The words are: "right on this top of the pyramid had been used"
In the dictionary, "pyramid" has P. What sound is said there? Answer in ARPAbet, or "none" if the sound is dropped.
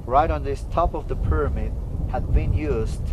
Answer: P